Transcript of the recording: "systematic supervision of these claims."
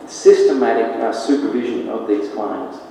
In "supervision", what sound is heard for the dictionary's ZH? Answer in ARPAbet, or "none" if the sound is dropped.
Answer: ZH